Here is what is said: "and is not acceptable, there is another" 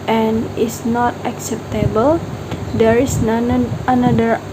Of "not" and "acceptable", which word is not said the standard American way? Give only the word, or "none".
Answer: none